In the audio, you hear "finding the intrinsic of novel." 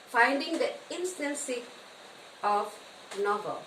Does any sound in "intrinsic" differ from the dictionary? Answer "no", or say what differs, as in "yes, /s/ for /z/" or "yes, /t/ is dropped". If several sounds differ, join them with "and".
yes, /k/ is dropped